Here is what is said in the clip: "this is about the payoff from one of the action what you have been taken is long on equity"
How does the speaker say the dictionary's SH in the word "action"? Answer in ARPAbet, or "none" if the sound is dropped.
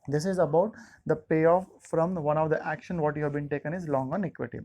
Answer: SH